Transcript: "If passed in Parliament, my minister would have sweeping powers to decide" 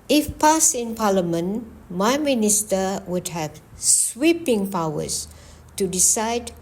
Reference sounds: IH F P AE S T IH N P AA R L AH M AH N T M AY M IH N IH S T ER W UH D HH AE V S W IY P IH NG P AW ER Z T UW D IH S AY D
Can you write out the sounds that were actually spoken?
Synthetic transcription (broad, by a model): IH F P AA S IH N P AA L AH M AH N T M AY M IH N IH S T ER W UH D HH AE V S W IY P IH NG P AW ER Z T UW D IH S AY D